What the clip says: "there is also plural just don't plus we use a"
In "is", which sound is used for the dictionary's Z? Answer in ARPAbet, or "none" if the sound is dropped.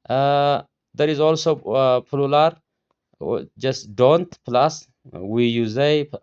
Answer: Z